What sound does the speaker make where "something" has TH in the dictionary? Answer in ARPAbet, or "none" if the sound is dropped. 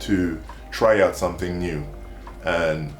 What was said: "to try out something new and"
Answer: TH